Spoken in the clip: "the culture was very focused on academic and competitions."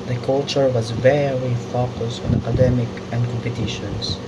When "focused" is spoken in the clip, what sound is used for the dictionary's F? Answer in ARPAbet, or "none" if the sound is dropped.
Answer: F